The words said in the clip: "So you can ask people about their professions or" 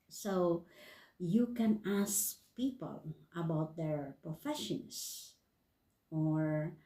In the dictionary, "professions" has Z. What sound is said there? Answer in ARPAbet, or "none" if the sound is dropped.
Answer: S